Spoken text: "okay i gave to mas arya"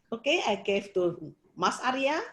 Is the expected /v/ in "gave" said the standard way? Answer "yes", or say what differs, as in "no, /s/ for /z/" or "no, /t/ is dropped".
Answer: no, /f/ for /v/